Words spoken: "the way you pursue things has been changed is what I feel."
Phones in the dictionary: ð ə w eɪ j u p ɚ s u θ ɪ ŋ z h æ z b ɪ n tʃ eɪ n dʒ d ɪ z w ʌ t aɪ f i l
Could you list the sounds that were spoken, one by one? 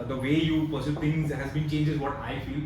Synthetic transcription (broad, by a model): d ə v eɪ j u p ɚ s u t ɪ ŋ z h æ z b ɪ n tʃ eɪ n dʒ ɪ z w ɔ t aɪ f i l